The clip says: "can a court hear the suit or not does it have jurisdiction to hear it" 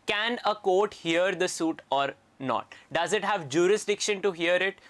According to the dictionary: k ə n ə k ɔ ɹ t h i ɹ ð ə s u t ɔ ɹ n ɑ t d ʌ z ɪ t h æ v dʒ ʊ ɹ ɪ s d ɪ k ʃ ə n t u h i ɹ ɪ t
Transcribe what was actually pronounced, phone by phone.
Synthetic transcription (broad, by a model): k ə n ə k ɔ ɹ t h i ɹ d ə s u t ɔ ɹ n ɑ t d ʌ z ɪ t h æ v dʒ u ɹ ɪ s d ɪ k ʃ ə n t u h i ɹ ɪ t